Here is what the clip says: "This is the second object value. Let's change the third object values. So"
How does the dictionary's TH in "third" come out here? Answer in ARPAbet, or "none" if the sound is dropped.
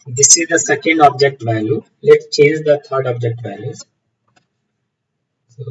T